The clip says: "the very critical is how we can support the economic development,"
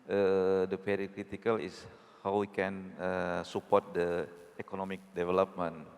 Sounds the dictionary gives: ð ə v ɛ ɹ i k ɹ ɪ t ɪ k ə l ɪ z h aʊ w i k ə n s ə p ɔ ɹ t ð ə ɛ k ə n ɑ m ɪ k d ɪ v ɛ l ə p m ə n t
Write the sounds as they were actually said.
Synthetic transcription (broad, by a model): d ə p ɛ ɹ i k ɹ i t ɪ k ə l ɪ s h aʊ w i k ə n s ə p ɔ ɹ t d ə ɛ k ə n ɑ m ɪ k d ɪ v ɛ l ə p m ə n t